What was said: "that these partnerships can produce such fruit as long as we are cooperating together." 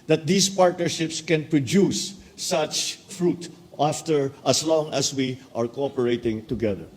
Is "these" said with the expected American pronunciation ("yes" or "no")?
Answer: no